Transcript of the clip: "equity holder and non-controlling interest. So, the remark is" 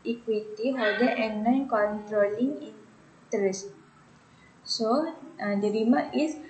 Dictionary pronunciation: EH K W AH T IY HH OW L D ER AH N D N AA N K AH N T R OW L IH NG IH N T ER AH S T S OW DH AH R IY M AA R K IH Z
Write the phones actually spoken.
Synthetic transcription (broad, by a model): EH K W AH T IY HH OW D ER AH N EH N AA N K AH N T R OW L IH NG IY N T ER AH S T S OW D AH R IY M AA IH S